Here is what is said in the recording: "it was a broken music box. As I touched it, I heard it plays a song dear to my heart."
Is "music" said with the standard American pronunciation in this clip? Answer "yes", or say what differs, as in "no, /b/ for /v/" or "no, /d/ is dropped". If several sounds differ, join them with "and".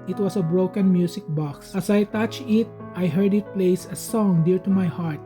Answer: no, /s/ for /z/